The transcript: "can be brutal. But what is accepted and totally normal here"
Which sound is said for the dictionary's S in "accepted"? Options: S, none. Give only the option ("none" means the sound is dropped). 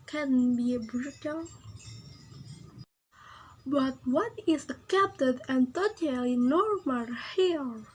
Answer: none